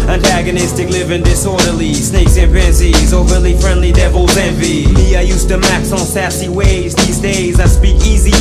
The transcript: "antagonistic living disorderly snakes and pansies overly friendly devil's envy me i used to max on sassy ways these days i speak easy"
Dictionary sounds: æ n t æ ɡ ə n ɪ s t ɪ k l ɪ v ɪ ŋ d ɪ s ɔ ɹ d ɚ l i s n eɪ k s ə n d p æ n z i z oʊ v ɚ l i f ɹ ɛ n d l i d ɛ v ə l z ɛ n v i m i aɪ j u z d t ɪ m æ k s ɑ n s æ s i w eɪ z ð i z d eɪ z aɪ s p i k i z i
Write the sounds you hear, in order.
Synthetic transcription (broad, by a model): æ n t æ ɡ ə n ɪ s t ɪ k l ɪ v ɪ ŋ d ɪ s ɔ ɹ d ɚ l i s n eɪ k s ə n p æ n s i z oʊ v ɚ l i f ɹ ɛ n d l i d ɛ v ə l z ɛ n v i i aɪ j u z t ɪ m æ k s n s æ s i w eɪ z ð i z d eɪ z aɪ s p i k i z i